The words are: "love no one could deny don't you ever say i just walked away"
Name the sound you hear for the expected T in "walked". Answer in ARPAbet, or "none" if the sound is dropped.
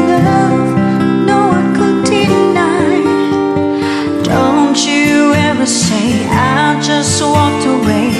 T